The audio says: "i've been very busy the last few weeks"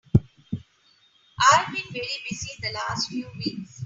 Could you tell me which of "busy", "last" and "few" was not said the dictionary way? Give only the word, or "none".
busy